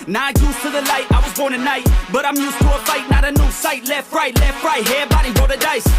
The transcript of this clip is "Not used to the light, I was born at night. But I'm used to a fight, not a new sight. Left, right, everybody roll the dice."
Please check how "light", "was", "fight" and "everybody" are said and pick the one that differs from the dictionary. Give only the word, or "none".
everybody